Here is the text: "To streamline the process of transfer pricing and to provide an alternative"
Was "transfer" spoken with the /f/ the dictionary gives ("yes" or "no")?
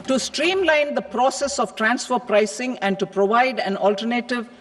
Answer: yes